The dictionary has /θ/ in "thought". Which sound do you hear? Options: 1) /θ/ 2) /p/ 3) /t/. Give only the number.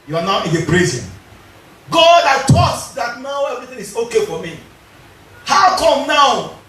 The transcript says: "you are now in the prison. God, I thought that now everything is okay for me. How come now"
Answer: 3